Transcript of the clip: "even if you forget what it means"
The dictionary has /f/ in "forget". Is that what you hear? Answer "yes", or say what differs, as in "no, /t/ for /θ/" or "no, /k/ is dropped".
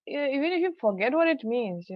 yes